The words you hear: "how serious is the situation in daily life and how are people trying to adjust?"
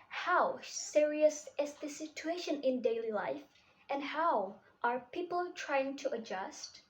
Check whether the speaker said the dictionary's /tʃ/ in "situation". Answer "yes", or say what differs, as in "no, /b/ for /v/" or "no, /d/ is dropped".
yes